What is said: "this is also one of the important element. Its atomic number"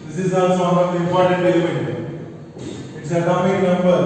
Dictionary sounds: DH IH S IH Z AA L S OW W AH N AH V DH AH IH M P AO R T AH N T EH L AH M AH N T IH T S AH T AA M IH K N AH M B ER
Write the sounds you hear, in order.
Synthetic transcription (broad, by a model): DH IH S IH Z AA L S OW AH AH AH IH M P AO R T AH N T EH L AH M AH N IH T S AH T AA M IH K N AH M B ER